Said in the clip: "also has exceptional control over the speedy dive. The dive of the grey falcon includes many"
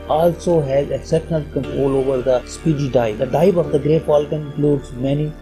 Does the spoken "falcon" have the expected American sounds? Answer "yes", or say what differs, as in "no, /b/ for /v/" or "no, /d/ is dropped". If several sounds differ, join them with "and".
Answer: no, /p/ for /f/